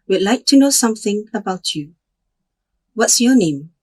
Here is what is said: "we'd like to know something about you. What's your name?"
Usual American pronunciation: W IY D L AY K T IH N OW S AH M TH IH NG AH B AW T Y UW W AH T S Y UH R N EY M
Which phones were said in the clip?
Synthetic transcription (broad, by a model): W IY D L AY K T IH N OW S AH M TH IH NG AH B AW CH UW W AH T S Y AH R N EY M